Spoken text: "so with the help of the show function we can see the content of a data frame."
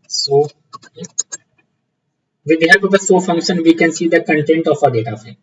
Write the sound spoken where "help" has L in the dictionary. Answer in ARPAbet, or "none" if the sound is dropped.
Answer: none